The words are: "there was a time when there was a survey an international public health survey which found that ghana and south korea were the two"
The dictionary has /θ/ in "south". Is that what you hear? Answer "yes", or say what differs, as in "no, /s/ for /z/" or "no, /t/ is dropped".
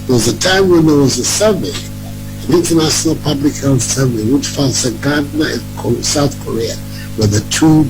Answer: yes